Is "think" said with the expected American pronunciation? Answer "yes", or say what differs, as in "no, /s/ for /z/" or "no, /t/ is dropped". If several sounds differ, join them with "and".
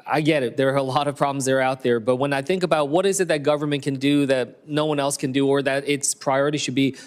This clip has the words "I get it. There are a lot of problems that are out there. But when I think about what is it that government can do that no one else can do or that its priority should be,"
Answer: yes